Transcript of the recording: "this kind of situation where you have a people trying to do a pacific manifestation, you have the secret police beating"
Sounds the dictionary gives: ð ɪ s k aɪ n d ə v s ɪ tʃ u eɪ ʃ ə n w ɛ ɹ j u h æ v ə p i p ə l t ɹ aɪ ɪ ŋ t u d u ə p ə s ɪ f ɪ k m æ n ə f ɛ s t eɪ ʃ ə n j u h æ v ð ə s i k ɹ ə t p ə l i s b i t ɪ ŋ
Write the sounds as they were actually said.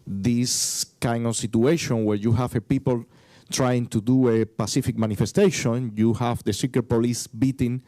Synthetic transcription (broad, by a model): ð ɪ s k aɪ n d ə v s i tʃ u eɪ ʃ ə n w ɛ ɹ j u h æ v ə p i p ə l t ɹ aɪ ɪ ŋ t u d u ə p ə s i f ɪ k m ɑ n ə f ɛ s t eɪ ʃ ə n j u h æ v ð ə s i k ə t p ə l i s b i t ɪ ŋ